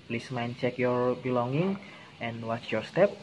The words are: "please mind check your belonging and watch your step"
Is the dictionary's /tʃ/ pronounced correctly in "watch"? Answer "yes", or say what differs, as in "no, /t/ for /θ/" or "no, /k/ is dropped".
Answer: yes